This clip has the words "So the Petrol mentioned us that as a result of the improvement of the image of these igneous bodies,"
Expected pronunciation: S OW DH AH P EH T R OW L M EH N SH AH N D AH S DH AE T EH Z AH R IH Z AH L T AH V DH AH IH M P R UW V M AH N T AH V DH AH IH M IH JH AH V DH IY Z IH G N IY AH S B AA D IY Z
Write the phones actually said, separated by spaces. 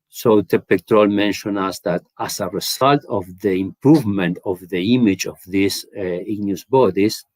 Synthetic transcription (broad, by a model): S OW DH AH P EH T R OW L M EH N SH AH N AH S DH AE T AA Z AH R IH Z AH L T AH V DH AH IH M P R UW V M AH N T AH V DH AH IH M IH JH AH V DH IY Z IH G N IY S B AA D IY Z